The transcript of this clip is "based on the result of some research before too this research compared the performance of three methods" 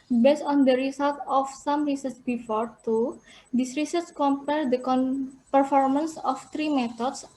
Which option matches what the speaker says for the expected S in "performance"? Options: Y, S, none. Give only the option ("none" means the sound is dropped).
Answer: S